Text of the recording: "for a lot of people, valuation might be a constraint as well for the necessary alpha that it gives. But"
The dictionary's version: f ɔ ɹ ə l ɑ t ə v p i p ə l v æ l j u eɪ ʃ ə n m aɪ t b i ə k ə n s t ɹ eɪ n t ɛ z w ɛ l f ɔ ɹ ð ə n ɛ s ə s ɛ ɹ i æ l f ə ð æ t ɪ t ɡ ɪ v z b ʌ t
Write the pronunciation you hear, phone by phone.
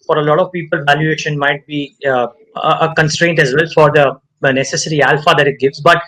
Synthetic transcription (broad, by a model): f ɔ ɹ ə l ɑ t ə v p i p ə l v æ l j u eɪ ʃ ə n m aɪ t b i ə k ə n s t ɹ eɪ n t ɛ z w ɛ l f ɔ ɹ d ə n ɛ s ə s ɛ ɹ i æ l f ə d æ t ɪ t ɡ ɪ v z b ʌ t